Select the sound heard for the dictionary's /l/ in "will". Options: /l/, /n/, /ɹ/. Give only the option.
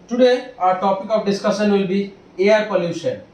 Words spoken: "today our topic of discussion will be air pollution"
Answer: /l/